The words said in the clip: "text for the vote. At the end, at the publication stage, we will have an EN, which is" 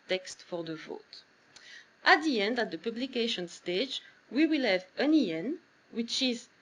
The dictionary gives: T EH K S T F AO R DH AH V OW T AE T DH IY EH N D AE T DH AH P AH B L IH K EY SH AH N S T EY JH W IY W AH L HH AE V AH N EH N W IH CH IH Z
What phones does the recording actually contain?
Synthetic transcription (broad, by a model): T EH K S T F AO R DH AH V OW T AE T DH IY EH N D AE T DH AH P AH B L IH K EY SH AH N S T EY JH W IY W AH L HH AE V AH N EH N W IH CH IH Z